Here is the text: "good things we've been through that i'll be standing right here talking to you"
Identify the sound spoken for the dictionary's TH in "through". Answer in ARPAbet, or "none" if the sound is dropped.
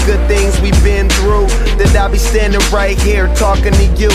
TH